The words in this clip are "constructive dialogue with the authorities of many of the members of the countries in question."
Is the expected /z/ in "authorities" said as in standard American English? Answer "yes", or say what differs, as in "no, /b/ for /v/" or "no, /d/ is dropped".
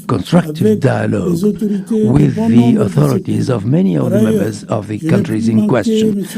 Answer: yes